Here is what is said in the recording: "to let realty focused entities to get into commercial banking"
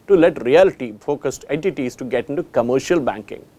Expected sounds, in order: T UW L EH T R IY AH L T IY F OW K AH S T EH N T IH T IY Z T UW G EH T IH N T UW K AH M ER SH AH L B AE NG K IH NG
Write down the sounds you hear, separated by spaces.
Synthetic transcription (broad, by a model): T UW L EH T R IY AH L T IY F OW K AH S T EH N T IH T IY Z T UW G EH T IH N T UW K AH M ER SH AH L B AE NG K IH NG